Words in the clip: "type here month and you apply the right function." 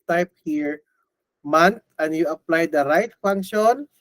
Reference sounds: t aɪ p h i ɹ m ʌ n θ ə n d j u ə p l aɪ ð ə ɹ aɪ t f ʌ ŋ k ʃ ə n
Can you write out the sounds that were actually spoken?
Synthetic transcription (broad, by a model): t aɪ p h i ɹ m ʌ n t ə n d j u ə p l aɪ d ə ɹ aɪ t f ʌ ŋ k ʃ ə n